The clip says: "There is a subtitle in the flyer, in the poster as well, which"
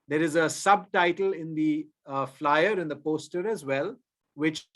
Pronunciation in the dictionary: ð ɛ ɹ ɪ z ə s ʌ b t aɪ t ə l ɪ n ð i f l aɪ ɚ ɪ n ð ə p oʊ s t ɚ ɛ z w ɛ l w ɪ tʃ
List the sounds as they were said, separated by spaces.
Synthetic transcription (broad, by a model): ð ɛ ɹ ɪ z ə s ʌ b t aɪ t ə l ɪ n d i f l aɪ ɚ ɪ n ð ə p oʊ s t ɚ ɛ z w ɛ l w ɪ tʃ